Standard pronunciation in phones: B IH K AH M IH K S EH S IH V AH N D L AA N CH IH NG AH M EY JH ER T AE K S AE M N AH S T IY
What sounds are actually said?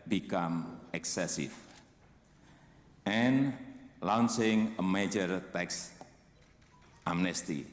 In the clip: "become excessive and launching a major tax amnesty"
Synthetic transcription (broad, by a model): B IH K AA M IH K S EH S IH F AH N L AA N S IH NG AH M EY JH ER T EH K S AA M N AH S T IY